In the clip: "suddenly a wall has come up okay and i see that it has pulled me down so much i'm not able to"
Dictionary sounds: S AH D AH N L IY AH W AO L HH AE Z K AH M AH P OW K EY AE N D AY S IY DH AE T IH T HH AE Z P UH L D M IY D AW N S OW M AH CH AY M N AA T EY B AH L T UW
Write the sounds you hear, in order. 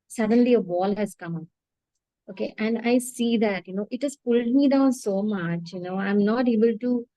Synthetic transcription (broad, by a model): S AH D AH N L IY AH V AO L HH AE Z K AH M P OW K EY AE N D AY S IY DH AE T IH T HH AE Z P UH L D M IY D AW N S OW M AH CH AY M N AA T EY B AH L T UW